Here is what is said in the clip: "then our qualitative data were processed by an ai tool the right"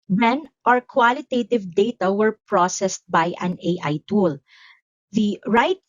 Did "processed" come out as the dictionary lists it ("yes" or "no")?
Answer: yes